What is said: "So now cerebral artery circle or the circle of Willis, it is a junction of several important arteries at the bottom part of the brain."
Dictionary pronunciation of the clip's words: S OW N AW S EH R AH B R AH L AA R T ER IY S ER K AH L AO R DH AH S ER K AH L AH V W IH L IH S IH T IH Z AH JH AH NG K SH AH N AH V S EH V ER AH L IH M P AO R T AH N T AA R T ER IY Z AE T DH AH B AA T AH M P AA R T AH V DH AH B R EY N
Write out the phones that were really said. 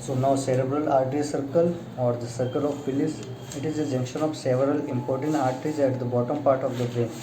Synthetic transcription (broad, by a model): S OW N AW S EH R AH B R AH L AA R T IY S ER K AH L AO R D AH S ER K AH L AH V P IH L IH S IH T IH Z AH JH AH NG K SH AH N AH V S EH V ER AH L IH M P AO R T AH N T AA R T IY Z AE T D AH B AA T AH M P AA R T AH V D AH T R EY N